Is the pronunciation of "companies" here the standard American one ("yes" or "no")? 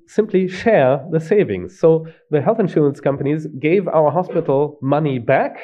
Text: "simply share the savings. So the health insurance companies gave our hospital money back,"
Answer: yes